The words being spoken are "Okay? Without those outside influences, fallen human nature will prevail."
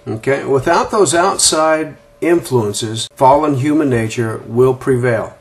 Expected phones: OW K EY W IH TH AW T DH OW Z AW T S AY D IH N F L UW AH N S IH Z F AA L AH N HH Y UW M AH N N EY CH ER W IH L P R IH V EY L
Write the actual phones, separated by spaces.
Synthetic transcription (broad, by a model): OW K EY W IH TH AW T DH OW Z AW T S AY D IH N F L UW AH N S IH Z F AA L AH N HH Y UW M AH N N EY CH ER W IH L P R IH V EY L